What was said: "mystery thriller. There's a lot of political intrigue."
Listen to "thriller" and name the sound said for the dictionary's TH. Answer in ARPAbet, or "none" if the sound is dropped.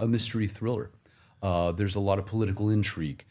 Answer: TH